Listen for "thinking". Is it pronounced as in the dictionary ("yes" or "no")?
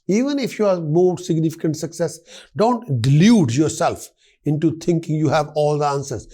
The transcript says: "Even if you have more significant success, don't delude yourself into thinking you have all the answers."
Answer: no